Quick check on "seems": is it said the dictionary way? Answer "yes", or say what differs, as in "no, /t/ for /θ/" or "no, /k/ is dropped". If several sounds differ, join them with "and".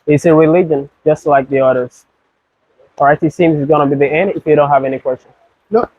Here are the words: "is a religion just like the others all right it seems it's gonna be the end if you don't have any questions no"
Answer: yes